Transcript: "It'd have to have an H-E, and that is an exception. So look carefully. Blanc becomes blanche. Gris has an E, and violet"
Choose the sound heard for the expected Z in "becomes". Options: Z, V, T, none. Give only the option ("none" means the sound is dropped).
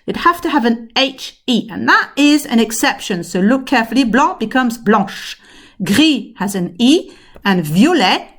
Z